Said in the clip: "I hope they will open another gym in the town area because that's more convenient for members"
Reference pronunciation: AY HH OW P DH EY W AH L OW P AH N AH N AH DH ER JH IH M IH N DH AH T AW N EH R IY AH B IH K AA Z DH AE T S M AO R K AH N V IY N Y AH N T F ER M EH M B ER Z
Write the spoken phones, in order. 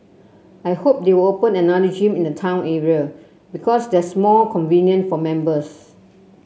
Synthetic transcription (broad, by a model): AY HH OW P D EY W AH L OW P AH N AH N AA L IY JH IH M IH N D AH T AW N EH R IY AH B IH K AA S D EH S M AO L K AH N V IY N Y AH N F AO M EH M B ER S